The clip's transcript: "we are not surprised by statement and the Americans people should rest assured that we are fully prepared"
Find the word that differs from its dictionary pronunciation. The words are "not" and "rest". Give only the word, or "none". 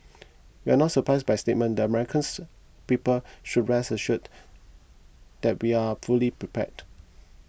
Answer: rest